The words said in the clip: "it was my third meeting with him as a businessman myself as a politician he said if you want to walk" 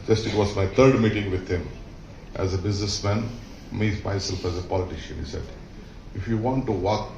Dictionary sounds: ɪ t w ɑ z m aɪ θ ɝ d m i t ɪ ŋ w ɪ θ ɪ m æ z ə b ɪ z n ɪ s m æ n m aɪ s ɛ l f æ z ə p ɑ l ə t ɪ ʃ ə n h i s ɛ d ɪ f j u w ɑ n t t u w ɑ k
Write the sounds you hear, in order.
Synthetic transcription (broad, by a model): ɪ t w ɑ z m aɪ t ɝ d m i t ɪ ŋ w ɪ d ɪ m æ z ə b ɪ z n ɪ s m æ n m aɪ s ɛ l f æ z ə p ɑ l ə t ɪ ʃ ə n h i s ɛ d ɪ f j u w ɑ n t t u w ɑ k